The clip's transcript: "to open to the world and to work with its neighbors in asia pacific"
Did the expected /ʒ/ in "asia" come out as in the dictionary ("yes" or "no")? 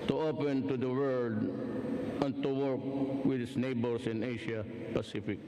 no